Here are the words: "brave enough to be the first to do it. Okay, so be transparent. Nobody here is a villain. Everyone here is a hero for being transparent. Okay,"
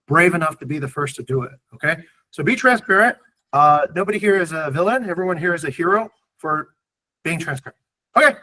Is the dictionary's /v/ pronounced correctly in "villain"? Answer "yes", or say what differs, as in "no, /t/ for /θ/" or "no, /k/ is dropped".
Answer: yes